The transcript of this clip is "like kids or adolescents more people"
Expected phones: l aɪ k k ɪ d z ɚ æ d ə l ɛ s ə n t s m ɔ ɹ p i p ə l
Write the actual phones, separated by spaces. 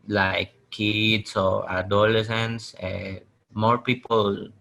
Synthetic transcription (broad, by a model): l aɪ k k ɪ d s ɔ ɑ d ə l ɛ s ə n s m ɔ ɹ p i p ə l